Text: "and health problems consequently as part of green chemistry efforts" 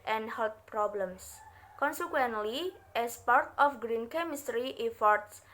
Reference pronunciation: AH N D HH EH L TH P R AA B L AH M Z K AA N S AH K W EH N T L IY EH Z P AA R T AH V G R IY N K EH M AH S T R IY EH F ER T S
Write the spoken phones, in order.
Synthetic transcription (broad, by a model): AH N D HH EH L T P R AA B L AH M S K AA N S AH K W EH N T L IY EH S P AA R T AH F G R IY N K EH M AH S T R IY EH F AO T S